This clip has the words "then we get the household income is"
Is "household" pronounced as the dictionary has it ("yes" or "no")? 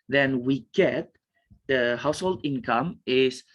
yes